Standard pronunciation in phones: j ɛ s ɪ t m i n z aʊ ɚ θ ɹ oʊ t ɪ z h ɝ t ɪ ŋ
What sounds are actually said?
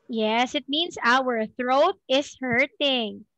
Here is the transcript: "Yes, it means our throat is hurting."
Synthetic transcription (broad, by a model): j ɛ s ɪ t m i n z aʊ ɚ θ ɹ oʊ t ɪ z h ɝ t ɪ ŋ